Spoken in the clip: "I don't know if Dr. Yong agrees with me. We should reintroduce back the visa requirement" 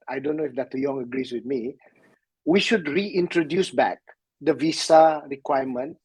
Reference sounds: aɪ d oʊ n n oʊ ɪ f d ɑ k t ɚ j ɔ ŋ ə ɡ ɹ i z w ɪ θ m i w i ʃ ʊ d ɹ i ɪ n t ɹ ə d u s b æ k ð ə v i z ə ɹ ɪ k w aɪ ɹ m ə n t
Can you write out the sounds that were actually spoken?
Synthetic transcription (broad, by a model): aɪ d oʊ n n oʊ ɪ f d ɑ t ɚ j ɔ ŋ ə ɡ ɹ i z w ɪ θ m i w i ʃ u d ɹ i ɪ n t ɹ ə d u s b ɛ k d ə v i s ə ɹ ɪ k w aɪ m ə n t